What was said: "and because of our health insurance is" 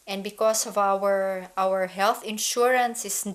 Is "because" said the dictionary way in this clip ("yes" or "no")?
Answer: no